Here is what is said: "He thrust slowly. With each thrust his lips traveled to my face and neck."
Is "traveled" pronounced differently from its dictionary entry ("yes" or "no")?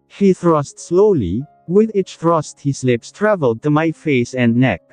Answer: no